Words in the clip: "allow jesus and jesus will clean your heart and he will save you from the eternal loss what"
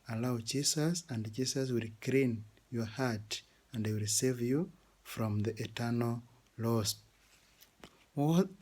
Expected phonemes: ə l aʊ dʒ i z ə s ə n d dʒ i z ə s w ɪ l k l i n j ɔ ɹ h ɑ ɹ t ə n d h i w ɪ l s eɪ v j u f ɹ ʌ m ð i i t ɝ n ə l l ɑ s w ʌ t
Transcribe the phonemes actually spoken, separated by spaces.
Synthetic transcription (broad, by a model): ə l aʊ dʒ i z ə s ə n d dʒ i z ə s w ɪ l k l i n j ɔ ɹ h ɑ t ə n d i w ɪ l s eɪ v j u f ɹ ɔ m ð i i t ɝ n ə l l ɑ s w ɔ